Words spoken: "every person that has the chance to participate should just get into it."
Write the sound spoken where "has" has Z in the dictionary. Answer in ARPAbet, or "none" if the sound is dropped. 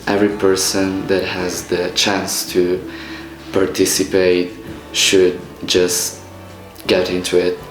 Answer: Z